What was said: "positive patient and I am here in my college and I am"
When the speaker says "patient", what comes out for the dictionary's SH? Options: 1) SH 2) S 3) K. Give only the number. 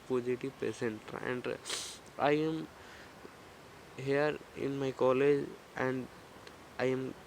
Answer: 2